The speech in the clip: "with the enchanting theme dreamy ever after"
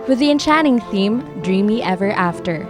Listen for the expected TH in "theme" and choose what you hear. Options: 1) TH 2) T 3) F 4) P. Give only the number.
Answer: 1